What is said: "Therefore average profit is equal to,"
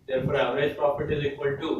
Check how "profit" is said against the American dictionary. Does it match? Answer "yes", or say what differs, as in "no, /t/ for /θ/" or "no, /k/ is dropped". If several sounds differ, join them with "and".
no, /p/ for /f/